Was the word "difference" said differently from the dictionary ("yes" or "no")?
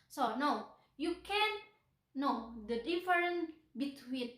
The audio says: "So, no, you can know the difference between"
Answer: yes